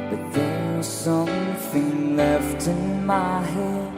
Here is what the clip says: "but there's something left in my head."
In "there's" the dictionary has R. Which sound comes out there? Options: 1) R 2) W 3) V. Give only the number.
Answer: 2